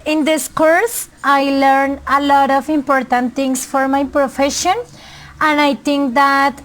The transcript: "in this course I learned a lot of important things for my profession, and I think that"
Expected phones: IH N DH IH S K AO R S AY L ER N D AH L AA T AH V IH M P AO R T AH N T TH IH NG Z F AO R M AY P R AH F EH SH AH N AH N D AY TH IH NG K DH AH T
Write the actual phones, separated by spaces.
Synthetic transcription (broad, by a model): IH N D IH S K AO R S AY L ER N AH L AA T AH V IH M P AO R T AH N T T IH NG S F AO R M AY P R AH F EH SH AH N AH N D AY T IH NG K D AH T